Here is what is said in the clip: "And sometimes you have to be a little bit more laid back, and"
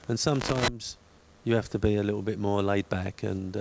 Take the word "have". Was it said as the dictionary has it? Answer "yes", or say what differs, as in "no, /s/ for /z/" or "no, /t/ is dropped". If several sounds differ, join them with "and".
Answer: no, /f/ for /v/